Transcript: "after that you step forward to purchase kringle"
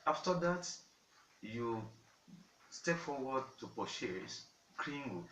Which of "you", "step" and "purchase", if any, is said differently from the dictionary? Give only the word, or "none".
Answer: purchase